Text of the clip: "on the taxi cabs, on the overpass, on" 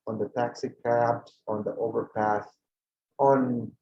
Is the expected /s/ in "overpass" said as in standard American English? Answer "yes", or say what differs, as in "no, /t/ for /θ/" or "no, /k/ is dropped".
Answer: no, /θ/ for /s/